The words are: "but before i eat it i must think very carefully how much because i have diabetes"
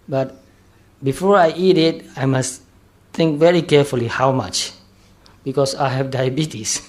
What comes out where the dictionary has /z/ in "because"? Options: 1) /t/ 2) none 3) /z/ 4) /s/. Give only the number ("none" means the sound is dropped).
4